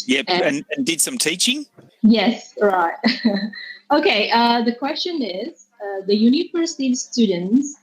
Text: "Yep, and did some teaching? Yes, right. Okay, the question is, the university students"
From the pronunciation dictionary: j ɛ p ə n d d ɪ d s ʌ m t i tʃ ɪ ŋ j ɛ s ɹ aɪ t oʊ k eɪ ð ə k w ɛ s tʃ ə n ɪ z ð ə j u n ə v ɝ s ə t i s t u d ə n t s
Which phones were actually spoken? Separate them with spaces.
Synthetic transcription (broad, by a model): j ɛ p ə n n d ɪ d s ʌ m t i tʃ ɪ ŋ j ɛ s ɹ aɪ t oʊ k eɪ ð ə k w ɛ s tʃ ə n ɪ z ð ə j u n ə v ɝ s ə t i s t u d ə n t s